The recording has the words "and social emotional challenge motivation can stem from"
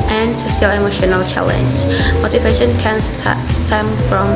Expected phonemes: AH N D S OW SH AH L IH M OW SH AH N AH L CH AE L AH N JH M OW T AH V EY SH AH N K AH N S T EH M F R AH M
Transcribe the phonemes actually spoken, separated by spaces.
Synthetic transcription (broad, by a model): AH N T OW S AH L IH M OW SH AH N AH L CH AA L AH N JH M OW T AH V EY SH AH N K AH N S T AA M F R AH M